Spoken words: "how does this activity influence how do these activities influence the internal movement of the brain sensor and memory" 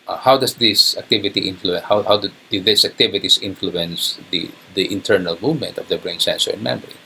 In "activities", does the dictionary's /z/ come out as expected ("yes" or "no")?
no